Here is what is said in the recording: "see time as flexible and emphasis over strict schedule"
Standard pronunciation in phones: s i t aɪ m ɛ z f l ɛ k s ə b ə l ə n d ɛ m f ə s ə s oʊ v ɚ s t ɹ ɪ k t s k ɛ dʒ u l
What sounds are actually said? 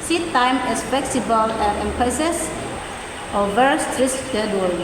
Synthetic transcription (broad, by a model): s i t aɪ m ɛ s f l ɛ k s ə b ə l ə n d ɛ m p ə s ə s oʊ v ɚ s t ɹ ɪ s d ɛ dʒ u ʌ